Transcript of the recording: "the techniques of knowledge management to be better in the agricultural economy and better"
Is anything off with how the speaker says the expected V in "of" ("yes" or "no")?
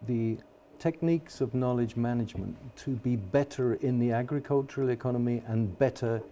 no